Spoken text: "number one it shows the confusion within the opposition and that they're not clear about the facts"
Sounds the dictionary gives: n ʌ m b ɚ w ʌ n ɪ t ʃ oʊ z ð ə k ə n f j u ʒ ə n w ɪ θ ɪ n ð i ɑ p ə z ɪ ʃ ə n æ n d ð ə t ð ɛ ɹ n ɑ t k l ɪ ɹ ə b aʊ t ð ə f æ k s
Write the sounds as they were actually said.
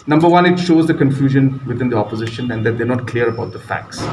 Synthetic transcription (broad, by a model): n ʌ m b ɚ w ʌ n ɪ t ʃ oʊ z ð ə k ə n f j u ʒ ə n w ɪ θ ɪ n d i ɑ p ə z ɪ ʃ ə n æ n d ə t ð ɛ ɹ n ɑ t k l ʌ ɹ ə b aʊ t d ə f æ k s